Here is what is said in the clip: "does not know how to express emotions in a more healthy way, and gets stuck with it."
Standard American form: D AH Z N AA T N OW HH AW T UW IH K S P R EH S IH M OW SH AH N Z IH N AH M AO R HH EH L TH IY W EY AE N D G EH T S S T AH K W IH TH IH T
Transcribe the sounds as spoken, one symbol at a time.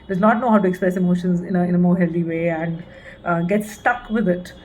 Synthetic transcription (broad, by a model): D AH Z N AA T N OW HH AW T UW IH K S P R EH S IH M OW SH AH N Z IH N AH M AO R HH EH L T IY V EY AE N D G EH T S S T AH K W IH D IH T